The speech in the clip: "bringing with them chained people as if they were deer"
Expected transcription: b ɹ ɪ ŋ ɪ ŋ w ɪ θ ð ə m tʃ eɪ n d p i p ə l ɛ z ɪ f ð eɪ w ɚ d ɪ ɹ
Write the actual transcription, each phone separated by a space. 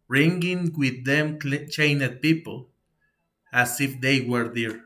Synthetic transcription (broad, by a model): ɹ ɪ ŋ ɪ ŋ w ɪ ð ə m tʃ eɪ n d p i p ə l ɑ s ɪ f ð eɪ w ɚ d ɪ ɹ